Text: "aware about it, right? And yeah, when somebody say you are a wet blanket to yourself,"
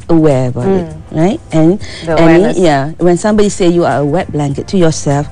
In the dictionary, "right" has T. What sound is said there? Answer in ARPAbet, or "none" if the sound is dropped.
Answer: T